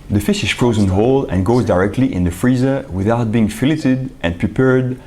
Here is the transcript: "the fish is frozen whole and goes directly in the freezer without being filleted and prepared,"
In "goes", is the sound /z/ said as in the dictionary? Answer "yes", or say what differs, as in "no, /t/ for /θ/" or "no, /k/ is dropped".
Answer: yes